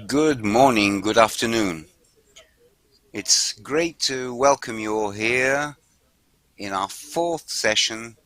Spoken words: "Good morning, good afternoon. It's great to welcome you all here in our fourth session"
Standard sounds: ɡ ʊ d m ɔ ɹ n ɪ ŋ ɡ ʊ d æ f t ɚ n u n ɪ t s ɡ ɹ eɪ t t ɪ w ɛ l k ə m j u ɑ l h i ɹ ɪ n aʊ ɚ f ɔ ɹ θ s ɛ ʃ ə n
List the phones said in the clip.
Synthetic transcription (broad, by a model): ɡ ʊ d m ɔ ɹ n ɪ ŋ ɡ ʊ d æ f t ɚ n u n ɪ t s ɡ ɹ eɪ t t ɪ w ɛ l k ə m j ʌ h i ɹ ɪ n aʊ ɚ f ɔ ɹ θ s ɛ ʃ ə n